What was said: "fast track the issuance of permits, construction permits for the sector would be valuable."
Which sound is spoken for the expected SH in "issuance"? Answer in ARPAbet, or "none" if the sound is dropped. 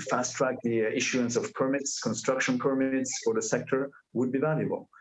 SH